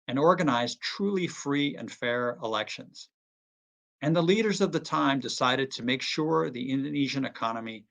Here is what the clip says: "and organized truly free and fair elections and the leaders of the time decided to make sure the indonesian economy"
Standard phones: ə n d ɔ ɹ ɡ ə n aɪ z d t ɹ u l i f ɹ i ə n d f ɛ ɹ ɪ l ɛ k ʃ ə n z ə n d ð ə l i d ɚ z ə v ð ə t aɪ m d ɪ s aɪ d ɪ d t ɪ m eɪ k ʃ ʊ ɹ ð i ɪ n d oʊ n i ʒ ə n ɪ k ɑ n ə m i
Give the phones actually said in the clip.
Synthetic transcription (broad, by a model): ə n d ɔ ɹ ɡ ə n aɪ z t ɹ u l i f ɹ i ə n f ɛ ɹ ɪ l ɛ k ʃ ə n z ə n ð ə l i d ɚ z ə v ð ə t aɪ m d ɪ s aɪ d ɪ d t ɪ m eɪ k ʃ ʊ ɹ ð i ɪ n d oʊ n i ʒ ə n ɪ k ɑ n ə m i